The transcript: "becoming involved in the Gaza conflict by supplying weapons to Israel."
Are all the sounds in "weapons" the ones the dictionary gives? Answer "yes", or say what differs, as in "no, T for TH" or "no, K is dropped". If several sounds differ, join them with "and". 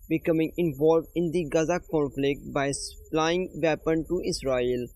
no, Z is dropped